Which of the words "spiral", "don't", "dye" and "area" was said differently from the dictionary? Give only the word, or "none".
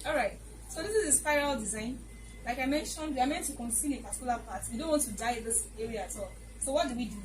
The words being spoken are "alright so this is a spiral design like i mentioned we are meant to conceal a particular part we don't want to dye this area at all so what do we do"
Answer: none